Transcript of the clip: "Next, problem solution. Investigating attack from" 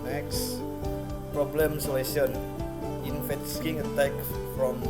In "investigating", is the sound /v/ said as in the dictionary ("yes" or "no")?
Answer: no